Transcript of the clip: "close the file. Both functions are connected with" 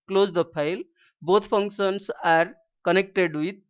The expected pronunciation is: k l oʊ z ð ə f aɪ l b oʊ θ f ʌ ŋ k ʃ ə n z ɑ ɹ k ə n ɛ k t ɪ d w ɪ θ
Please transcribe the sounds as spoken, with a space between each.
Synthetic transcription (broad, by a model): k l oʊ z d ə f aɪ l b oʊ t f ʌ ŋ k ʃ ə n s ɑ ɹ k ə n ɛ k t ɪ d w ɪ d